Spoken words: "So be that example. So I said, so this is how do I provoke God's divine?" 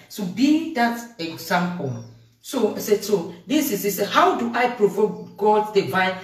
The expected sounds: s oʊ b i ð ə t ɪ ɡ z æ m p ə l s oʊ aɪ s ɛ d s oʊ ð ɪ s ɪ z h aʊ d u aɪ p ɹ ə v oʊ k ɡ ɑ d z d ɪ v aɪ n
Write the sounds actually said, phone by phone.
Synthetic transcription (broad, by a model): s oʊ b i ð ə t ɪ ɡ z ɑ m p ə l s oʊ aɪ s ɛ d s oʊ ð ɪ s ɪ s h aʊ d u aɪ p ɹ ə v oʊ k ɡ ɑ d d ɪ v aɪ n